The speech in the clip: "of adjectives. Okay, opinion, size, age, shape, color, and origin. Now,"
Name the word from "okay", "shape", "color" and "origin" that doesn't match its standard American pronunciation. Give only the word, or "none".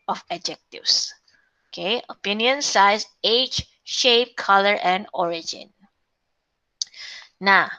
none